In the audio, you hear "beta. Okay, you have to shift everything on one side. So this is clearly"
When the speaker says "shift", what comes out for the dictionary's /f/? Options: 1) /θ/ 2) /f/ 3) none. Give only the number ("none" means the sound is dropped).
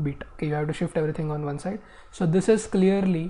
2